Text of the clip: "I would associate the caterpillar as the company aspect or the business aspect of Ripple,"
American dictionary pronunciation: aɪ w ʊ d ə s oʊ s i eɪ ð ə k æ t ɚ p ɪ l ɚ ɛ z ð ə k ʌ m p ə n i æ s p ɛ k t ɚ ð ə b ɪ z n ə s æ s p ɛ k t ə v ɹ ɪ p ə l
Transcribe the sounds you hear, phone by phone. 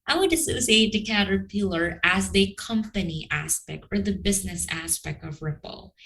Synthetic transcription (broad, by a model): aɪ w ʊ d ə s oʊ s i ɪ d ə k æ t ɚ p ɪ l ɚ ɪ z ð ə k ʌ m p ə n i æ s p ɛ k t ɚ ð ə b ɪ z n ə s æ s p ɛ k t ə v ɹ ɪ p l